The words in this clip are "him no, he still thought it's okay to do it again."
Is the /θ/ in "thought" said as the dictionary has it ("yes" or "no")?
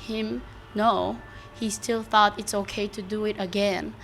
yes